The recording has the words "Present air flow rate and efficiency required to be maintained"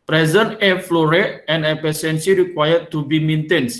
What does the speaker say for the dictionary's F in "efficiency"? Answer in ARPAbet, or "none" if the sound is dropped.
P